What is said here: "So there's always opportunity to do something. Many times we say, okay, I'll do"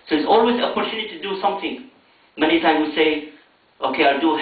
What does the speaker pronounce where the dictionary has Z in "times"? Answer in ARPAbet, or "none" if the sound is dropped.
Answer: none